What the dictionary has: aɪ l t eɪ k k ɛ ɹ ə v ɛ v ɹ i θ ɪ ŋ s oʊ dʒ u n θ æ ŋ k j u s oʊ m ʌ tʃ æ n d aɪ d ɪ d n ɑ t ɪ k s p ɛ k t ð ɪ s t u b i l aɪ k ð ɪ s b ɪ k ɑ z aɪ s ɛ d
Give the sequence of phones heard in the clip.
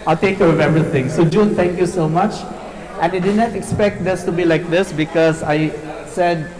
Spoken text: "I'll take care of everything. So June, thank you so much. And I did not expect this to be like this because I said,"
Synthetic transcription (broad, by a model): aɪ t eɪ k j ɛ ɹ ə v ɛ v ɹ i t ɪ ŋ s oʊ dʒ u n t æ ŋ k j u s oʊ m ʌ tʃ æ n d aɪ d ɪ d n ɑ t ɪ k s p ɛ k t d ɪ s t u b i l aɪ k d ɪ s b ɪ k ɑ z aɪ s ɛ d